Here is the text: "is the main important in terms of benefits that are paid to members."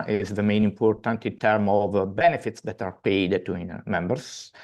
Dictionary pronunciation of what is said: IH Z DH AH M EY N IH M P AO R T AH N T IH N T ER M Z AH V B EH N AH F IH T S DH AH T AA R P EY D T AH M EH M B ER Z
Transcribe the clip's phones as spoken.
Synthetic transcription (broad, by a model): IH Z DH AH M EY N IH M P AO R T AH N T IH N T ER M AH V B EH N AH F IH T S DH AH T AA R P EY D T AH M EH M B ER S